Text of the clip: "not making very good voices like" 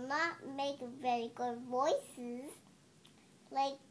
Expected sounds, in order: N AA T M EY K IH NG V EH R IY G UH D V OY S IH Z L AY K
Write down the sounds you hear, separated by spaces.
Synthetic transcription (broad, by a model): N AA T M EY IH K V EH R IY G UH D V OY S IH Z L AY K